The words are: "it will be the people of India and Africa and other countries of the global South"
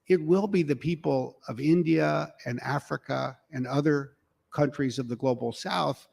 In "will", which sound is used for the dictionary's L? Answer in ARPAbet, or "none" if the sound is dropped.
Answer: L